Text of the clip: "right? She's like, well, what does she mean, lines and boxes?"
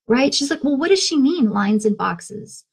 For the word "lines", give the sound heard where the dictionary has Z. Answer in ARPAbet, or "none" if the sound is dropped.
Z